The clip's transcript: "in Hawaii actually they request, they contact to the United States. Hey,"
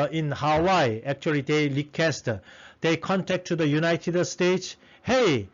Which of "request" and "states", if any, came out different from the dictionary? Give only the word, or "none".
request